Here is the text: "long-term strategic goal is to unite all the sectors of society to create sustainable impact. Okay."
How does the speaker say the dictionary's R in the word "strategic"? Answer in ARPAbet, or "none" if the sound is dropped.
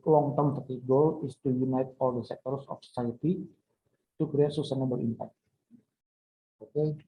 none